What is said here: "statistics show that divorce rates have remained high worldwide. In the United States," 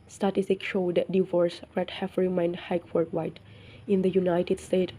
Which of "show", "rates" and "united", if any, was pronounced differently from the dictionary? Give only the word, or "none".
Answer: rates